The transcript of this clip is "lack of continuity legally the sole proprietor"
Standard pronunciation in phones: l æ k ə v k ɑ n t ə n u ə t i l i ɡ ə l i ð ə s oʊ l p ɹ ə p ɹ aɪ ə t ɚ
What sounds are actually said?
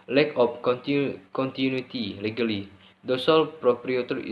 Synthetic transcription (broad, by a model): l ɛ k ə p k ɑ n t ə n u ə t i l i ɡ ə l i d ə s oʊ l p ɹ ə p ɹ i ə t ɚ